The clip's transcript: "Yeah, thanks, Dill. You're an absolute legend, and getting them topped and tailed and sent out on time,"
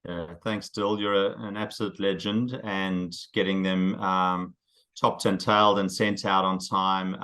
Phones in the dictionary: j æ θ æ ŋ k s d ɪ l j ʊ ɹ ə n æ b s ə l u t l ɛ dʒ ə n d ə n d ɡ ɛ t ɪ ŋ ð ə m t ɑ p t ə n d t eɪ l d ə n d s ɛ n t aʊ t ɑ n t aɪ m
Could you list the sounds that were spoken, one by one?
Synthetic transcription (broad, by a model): j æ θ æ ŋ k s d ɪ l j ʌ ɹ ə n æ b s ə l u t l ɛ dʒ ə n d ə n ɡ ɛ t ɪ ŋ ð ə m t ɑ p t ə n t eɪ l d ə n s ɛ n t aʊ t n t aɪ m